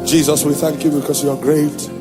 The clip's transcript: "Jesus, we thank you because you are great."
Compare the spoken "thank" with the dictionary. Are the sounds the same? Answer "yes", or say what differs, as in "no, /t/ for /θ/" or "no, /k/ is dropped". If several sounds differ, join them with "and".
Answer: yes